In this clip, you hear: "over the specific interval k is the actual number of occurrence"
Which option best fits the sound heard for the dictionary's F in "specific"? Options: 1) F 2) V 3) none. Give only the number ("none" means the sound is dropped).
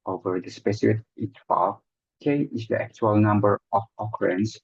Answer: 3